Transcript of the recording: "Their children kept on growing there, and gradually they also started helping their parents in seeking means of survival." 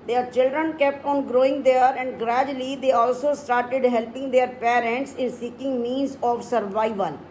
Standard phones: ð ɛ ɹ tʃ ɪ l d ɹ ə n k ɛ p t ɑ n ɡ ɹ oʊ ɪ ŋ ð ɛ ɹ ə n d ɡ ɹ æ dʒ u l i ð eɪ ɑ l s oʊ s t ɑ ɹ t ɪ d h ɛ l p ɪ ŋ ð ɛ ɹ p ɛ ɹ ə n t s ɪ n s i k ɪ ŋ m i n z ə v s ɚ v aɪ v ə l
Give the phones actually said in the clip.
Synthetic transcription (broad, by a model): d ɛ ɹ tʃ ɪ l d ɹ ə n k ɛ p t ɑ n ɡ ɹ oʊ ɪ ŋ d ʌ ɹ ə n d ɡ ɹ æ dʒ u l i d eɪ ɑ l s oʊ s t ɑ ɹ t ɪ d h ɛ l p ɪ ŋ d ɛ ɹ p ɛ ɹ ə n t s ɪ n s i k ɪ ŋ m i n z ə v s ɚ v aɪ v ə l